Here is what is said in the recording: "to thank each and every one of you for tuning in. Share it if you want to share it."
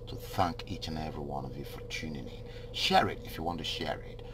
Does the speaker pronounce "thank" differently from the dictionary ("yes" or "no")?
no